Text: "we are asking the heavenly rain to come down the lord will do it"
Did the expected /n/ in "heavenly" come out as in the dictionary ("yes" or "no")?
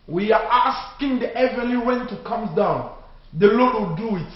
no